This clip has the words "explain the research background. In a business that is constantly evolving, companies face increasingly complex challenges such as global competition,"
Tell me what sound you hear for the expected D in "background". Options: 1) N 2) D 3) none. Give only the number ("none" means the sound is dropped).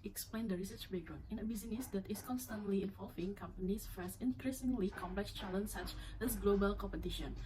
3